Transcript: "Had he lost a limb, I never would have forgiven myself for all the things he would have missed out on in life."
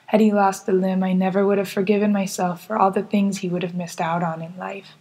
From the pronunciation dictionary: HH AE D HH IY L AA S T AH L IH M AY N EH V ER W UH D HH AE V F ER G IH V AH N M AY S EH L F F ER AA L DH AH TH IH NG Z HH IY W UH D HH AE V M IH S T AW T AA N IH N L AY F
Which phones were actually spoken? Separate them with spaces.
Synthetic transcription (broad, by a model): HH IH D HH IY L AA S T AH L IH M AY N EH V ER W UH D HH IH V F ER G IH V AH N M AY S EH L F F ER AA L DH AH TH IH NG Z HH IY W UH D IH V M IH S T AW T N IH N L AY F